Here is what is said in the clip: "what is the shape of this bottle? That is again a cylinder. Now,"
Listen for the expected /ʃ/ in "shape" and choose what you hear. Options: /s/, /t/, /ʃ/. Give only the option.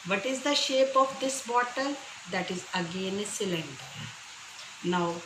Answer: /ʃ/